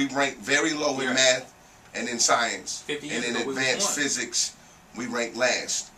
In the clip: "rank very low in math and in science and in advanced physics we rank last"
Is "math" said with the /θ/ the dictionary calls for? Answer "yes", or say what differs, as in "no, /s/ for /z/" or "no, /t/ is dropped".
yes